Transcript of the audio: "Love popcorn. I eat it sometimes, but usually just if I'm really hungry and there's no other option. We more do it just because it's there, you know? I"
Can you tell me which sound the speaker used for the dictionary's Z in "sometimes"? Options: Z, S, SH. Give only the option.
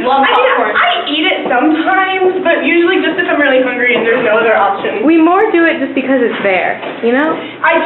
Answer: Z